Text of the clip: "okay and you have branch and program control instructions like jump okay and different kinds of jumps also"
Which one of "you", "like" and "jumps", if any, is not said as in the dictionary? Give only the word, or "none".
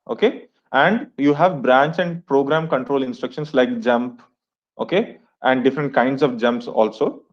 none